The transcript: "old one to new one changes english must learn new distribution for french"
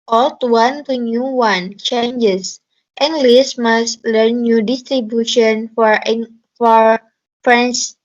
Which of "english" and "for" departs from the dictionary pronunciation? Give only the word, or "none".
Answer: english